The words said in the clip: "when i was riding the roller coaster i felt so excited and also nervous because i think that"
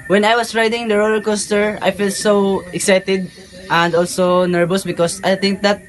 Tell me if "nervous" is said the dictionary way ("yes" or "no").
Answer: no